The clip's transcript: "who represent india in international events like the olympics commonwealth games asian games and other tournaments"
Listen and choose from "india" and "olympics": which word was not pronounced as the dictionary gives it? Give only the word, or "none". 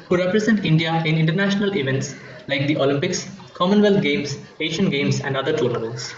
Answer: none